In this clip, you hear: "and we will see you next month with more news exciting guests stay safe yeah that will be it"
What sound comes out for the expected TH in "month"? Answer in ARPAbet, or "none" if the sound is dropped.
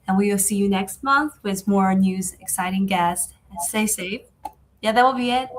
TH